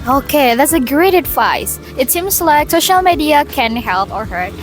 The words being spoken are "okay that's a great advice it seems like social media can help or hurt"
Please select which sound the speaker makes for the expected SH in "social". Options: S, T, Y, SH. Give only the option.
SH